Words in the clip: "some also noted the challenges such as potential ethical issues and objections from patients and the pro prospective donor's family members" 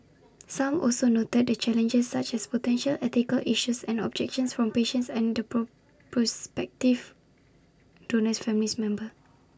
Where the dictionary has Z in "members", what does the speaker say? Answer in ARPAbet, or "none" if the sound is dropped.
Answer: none